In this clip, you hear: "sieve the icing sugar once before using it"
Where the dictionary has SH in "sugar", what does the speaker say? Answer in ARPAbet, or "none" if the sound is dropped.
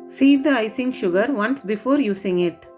SH